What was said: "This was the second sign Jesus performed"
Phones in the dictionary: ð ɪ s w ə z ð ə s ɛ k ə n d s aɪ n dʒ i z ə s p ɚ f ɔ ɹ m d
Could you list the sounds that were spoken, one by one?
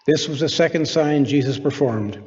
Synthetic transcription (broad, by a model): ð ɪ s w ə z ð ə s ɛ k ə n d s aɪ n dʒ i z ə s p ɚ f ɔ ɹ m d